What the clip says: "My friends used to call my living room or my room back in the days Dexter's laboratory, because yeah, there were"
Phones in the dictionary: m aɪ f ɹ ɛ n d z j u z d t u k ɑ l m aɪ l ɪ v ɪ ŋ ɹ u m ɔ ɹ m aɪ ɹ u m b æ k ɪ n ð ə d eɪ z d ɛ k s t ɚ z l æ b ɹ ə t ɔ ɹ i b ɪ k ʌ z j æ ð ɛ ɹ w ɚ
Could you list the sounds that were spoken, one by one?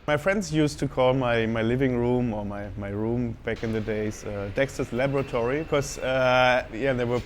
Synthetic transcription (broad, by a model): m aɪ f ɹ ɛ n d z j u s t u k ɑ l m aɪ l ɪ v ɪ ŋ ɹ u m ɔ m m aɪ ɹ u m b æ k ɪ n ð ə d eɪ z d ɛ k s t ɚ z l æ b ɹ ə t ɔ ɹ i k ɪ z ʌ j æ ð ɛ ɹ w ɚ